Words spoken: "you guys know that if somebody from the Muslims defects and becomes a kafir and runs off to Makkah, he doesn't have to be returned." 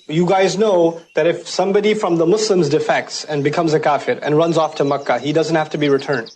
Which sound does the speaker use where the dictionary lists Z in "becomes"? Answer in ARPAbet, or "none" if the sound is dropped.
Z